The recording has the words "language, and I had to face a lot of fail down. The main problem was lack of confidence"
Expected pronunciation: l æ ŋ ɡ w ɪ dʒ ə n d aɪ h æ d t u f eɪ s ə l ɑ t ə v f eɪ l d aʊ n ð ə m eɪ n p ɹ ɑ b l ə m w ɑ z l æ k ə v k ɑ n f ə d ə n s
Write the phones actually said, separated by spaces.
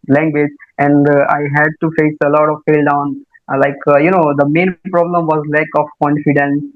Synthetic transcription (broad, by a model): l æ ŋ ɡ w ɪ dʒ ə n d aɪ h æ d t u f eɪ s ə l ɑ t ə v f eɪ l d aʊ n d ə m eɪ n p ɹ ɑ b l ə m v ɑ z l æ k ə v k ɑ n f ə d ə n s